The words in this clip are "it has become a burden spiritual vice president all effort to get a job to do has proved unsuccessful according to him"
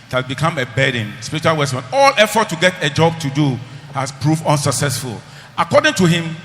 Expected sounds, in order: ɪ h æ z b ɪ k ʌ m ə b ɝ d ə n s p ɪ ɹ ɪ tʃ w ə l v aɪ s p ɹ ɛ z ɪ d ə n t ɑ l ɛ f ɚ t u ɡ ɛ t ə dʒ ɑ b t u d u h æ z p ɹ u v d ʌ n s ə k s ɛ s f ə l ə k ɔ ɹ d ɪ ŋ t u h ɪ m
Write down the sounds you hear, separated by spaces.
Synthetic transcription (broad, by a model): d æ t b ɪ k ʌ m ə b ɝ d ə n s p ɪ ɹ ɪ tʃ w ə l w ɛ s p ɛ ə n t ɑ l ɛ f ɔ t u ɡ ɛ t ə dʒ ɑ b t u d u h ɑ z p ɹ u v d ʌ n s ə k s ɛ s f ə l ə k ɔ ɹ d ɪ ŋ t u h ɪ m